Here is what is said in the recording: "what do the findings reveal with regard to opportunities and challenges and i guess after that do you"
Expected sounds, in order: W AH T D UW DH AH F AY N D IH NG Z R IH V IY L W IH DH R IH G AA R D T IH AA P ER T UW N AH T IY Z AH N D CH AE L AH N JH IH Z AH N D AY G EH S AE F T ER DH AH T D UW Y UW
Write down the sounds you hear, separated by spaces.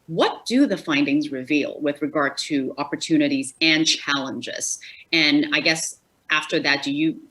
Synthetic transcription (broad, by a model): W AH T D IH DH AH F AY N D IH NG Z R IH V IY L W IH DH R IH G AA R D T IH AA P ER T UW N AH T IY Z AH N CH AE L AH N JH IH Z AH N AY G EH S AE F T ER DH AH T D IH Y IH